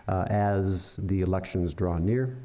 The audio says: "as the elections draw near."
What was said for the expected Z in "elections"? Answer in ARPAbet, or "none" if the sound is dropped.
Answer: Z